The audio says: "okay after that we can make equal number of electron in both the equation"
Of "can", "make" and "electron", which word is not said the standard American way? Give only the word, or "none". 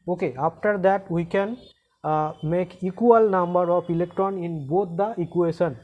none